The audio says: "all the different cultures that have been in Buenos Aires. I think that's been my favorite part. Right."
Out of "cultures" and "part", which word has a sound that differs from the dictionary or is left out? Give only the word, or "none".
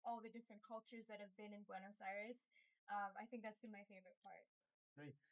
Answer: none